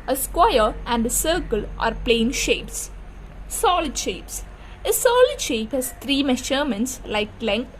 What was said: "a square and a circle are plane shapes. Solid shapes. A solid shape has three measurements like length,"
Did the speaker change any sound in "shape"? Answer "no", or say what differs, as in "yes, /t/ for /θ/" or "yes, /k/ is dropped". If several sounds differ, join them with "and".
no